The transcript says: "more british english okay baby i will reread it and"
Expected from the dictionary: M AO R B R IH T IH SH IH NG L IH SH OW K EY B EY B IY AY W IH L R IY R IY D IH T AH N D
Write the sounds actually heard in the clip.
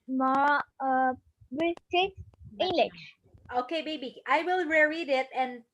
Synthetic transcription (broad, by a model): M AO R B IH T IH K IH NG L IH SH OW K EY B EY B IY AY W IH L R IY R IY D IH T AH N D